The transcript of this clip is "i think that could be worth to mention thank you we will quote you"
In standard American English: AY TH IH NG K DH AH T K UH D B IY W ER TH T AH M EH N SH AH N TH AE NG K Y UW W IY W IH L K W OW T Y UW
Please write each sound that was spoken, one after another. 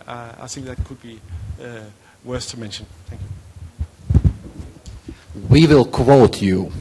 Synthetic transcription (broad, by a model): AY TH IH NG K DH AH T K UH D B IY W ER S T AH M EH N SH AH N TH AE NG K Y UW W IY W IH L K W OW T Y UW